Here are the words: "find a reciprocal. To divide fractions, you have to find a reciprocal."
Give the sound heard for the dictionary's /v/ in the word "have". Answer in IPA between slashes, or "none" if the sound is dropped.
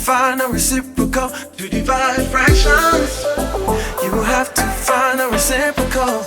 /f/